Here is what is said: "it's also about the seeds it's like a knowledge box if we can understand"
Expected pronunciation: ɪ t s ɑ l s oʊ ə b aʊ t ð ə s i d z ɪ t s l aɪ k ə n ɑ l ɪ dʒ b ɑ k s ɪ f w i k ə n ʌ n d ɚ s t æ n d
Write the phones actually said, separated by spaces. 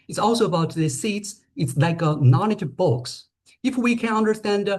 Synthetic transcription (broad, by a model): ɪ t s ɑ l s oʊ ə b aʊ t ð ə s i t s ɪ t s l aɪ k ə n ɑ n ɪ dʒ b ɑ k s ɪ f w i k ə n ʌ n d ɚ s t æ n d